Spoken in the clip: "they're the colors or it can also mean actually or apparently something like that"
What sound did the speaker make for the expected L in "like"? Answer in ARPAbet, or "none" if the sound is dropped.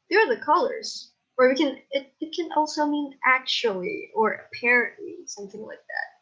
W